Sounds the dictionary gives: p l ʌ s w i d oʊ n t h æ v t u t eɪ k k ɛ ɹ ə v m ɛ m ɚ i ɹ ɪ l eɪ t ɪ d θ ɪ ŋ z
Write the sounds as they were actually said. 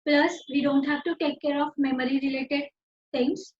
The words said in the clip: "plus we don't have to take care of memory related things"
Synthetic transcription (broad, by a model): p l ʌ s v i d oʊ n t h æ v t u t eɪ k k ɛ ɹ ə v m ɛ m ɚ i ɹ ɪ l eɪ t ɪ d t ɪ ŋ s